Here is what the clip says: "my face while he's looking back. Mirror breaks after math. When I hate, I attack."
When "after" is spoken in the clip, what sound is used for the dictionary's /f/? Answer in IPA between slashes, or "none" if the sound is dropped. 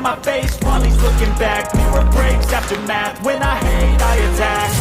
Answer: /p/